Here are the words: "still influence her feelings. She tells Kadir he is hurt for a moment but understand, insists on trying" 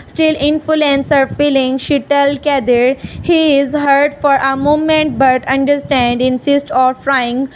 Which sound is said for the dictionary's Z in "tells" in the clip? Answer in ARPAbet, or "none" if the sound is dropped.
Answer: none